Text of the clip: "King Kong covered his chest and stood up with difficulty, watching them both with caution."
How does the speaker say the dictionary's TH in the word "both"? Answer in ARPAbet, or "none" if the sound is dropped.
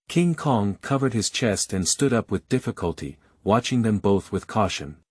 TH